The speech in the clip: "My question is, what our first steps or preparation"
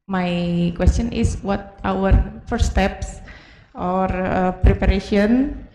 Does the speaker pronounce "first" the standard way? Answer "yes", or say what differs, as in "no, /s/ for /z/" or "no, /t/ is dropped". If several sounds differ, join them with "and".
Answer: no, /s/ is dropped